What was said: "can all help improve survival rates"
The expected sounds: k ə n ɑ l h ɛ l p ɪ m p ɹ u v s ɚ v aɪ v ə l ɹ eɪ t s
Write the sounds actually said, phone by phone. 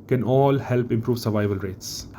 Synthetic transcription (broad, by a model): k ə n ɑ l h ɛ l p ɪ m p ɹ u v s ɚ v aɪ v ə l ɹ eɪ t s